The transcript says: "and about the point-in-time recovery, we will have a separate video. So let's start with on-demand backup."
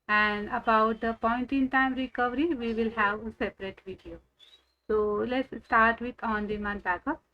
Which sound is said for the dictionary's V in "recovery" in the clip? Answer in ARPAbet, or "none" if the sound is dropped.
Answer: V